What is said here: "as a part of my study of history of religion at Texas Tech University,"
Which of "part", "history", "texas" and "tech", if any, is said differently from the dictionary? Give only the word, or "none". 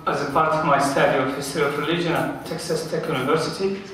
history